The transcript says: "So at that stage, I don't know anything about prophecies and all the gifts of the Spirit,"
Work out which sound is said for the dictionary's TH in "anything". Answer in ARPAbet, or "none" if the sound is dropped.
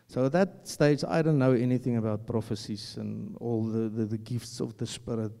TH